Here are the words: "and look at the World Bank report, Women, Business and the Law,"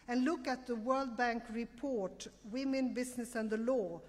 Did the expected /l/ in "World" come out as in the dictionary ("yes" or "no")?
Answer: yes